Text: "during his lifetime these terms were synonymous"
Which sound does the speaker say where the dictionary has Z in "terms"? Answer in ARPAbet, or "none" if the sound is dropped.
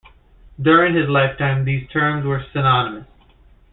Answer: Z